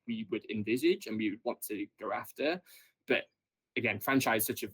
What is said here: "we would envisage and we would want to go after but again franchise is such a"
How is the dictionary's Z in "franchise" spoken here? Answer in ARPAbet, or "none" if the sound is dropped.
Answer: none